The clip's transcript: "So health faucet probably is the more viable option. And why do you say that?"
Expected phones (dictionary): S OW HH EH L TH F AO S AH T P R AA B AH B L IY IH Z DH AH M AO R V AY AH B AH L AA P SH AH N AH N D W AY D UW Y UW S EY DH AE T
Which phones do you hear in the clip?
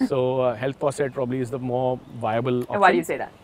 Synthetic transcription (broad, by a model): S OW HH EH L T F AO S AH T P R AA B AH B L IY IH Z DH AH M AO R V AY AH B AH L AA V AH AH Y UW S EY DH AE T